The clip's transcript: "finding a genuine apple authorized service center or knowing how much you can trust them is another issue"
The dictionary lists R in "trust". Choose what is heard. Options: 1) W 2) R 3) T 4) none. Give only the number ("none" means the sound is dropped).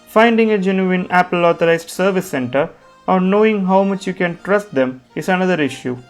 2